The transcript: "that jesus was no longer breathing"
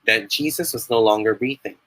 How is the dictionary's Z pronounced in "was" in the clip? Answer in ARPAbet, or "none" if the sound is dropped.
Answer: Z